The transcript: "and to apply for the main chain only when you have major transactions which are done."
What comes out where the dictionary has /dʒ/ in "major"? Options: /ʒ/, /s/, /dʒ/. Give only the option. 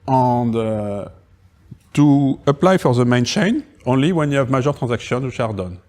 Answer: /ʒ/